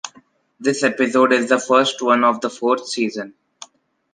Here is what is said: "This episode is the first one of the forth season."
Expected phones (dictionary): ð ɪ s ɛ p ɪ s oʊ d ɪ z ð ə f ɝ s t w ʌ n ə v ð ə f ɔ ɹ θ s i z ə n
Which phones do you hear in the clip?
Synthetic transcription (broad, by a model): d ɪ s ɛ p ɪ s oʊ d ɪ z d ə f ɝ s t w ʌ n ə v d ə f ɔ ɹ t s i z ə n